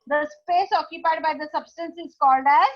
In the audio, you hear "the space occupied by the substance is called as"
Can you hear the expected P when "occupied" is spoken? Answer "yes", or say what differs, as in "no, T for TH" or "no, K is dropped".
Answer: yes